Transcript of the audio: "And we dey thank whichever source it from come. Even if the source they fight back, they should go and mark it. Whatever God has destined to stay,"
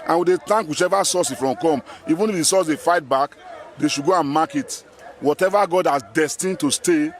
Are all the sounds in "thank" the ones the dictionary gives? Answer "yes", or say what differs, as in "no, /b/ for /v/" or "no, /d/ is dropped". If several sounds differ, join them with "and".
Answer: no, /t/ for /θ/